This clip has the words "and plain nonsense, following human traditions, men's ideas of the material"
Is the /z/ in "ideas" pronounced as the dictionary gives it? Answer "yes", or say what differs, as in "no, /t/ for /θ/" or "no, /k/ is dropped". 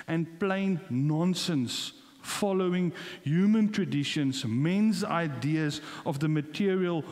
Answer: yes